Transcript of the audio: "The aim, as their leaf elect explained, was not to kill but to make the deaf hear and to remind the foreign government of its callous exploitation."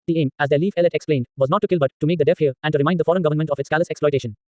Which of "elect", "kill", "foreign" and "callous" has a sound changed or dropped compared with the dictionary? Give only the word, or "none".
elect